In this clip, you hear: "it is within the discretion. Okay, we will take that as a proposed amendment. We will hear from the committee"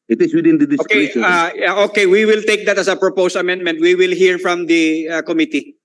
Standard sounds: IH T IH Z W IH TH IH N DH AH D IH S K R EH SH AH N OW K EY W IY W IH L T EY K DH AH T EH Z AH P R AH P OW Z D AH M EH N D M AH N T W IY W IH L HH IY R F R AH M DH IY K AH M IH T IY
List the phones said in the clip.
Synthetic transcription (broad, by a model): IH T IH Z W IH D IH N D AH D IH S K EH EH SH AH OW K EY W IY W IH L T EY K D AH T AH S AH P R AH P OW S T AH M EH N D M AH N T W IY W IH L HH IY R F R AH M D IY K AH M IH T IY